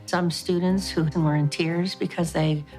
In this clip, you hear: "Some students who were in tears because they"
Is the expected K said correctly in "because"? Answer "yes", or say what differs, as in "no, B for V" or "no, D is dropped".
yes